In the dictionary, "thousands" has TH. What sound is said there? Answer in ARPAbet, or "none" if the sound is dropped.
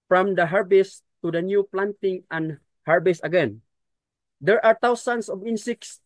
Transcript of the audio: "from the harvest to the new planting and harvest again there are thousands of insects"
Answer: T